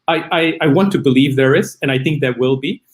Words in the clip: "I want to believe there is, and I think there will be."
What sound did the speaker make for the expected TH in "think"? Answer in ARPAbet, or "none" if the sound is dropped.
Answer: TH